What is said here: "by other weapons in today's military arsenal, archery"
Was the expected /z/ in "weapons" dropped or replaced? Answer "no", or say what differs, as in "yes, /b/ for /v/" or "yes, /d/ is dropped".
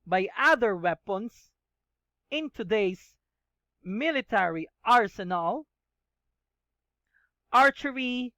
yes, /s/ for /z/